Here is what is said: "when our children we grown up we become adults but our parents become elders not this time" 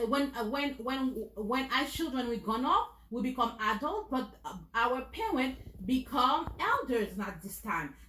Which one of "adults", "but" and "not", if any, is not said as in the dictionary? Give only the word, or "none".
adults